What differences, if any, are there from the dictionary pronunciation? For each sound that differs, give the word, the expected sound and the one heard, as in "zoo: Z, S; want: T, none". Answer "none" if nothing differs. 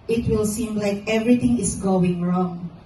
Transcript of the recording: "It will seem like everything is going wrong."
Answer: everything: TH, T; is: Z, S